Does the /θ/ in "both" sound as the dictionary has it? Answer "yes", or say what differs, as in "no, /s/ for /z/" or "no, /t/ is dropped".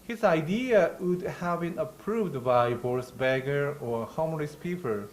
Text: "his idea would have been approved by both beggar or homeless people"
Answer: no, /s/ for /θ/